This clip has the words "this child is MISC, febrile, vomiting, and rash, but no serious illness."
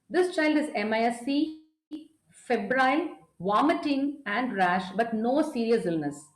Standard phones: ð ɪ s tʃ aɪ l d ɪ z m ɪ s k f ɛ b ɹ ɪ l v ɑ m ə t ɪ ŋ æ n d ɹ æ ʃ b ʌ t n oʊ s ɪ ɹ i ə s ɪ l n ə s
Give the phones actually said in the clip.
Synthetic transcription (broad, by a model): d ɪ s tʃ aɪ l d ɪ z m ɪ s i f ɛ b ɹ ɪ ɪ v ɑ m ə t ɪ ŋ æ n d ɹ æ ʃ b ʌ t n oʊ s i ɹ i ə s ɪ l n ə s